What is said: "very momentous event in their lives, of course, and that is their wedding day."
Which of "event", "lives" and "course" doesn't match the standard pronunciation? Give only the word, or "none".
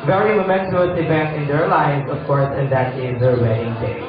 event